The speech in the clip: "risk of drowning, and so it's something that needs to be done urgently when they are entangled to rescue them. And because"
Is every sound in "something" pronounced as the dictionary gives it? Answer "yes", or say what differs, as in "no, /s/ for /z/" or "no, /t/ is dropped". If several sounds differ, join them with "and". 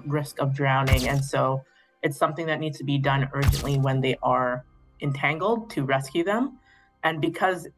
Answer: yes